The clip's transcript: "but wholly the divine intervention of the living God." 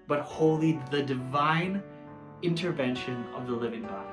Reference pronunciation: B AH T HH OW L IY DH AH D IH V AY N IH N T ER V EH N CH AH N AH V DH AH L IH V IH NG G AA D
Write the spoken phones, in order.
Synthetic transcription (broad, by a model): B AH T HH OW L IY DH AH D IH V AY N IH N T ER V EH N SH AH N AH V DH AH L IH V IH NG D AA